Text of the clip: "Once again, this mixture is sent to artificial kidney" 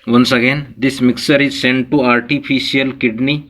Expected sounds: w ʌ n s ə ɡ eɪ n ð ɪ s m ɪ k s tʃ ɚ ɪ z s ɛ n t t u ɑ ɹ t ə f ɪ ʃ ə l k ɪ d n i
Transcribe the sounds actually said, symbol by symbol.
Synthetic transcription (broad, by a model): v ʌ n s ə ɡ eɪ n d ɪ s m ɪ k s ɚ ɪ z s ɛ n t t u ɑ ɹ t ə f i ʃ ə l k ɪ d n i